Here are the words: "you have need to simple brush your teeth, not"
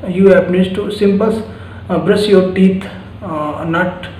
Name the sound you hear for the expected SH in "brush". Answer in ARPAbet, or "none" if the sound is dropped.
S